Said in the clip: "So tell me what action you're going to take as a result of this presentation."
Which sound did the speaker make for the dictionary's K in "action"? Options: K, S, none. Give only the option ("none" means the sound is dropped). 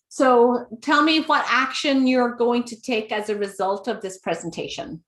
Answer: K